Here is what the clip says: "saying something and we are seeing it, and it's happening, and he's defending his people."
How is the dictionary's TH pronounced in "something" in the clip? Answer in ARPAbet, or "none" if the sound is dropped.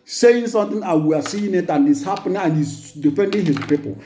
T